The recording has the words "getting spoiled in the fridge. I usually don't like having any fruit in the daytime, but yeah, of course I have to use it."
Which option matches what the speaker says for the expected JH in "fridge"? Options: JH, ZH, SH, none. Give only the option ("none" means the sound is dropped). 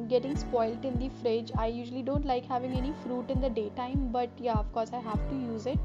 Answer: JH